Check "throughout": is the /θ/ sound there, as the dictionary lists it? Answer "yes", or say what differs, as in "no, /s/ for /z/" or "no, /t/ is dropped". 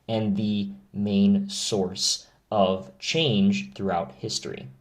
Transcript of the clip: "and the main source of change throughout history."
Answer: yes